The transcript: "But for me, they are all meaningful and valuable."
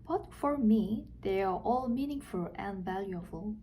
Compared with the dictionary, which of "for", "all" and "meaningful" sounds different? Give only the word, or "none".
none